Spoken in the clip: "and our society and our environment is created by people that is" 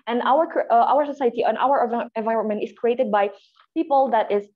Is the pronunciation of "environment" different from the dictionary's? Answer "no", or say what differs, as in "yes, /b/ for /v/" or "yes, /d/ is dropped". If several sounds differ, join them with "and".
no